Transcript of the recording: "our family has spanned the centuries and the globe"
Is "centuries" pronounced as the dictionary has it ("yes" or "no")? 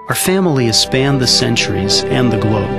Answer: yes